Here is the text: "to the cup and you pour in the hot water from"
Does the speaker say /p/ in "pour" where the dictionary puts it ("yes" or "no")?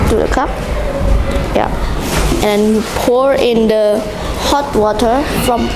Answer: yes